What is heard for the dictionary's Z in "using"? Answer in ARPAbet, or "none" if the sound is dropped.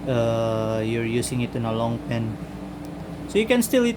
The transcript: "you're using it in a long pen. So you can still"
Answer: S